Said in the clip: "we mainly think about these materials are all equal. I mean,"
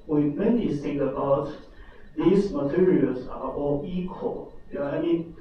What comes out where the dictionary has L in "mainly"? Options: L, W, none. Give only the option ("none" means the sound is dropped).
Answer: none